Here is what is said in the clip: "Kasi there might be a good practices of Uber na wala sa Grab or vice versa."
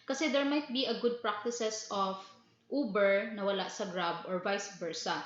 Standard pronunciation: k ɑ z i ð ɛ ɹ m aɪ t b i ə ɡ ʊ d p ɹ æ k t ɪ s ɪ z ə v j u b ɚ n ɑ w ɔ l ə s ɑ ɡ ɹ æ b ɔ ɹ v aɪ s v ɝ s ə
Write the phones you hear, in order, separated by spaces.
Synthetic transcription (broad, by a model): k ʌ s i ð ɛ ɹ m aɪ t b i ə ɡ ʊ d p ɹ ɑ k t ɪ s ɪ s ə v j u b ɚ n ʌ w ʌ l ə s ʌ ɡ ɹ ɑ b ɔ ɹ v aɪ s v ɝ s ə